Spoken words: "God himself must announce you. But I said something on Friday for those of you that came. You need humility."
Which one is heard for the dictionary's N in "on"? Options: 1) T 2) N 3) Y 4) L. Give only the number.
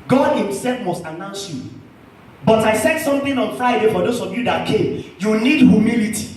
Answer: 2